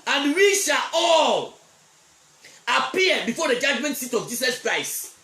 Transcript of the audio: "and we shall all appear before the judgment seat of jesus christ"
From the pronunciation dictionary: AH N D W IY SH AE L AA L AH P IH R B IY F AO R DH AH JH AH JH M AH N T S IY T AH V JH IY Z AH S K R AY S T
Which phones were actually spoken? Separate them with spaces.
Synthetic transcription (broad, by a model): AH N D W IY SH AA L AA L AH P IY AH B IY F AO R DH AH JH AH JH M AH N T S IY T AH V JH IY S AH S K R AY S T